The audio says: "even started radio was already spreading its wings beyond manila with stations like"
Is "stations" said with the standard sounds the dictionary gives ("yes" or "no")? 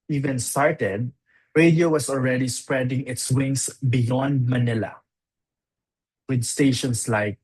no